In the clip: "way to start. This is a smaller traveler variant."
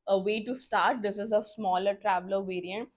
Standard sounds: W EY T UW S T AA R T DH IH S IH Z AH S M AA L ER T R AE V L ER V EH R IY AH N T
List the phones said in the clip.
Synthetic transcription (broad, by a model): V EY T UW S T AA R T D IH S IH Z AH S M AA L ER T R AE V L ER V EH R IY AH N T